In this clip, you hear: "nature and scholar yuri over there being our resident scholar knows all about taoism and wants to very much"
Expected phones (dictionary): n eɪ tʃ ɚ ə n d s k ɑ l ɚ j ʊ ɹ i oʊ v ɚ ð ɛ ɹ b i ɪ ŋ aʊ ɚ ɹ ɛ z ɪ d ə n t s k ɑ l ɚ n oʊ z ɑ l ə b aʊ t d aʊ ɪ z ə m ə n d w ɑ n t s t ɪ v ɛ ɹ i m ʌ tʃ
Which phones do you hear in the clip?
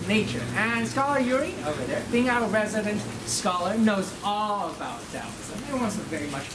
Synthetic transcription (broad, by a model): n eɪ tʃ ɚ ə n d s k ɑ l ɚ j ʊ ɹ i oʊ v ɚ ð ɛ ɹ b i ɪ ŋ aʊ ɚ ɹ ɛ z ɪ d ə n t s k ɑ l ɚ n oʊ z ɑ l ə b aʊ t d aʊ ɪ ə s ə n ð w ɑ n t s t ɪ v ɛ ɹ i m ʌ tʃ